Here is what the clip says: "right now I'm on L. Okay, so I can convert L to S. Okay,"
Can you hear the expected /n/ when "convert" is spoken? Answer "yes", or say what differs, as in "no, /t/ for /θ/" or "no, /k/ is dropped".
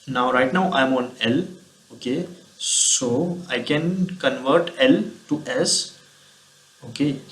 yes